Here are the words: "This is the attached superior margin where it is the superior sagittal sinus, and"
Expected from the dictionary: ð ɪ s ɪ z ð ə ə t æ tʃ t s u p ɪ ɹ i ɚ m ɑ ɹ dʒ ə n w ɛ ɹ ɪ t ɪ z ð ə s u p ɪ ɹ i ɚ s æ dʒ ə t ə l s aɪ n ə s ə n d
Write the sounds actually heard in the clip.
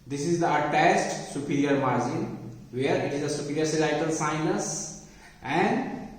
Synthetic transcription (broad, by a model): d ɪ s ɪ z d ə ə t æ s t s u p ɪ ɹ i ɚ m ɑ ɹ dʒ ə n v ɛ ɹ ɪ t ɪ z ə s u p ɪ ɹ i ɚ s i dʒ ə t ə l s aɪ n ə s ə n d